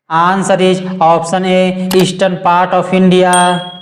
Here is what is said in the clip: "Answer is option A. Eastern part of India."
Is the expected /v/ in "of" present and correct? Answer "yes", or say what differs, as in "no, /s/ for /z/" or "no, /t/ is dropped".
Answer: no, /p/ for /v/